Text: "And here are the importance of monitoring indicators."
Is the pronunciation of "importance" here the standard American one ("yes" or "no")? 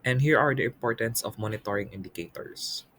yes